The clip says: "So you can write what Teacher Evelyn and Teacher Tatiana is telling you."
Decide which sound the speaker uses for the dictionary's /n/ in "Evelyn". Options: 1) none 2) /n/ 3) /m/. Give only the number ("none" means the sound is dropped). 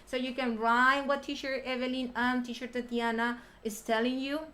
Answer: 2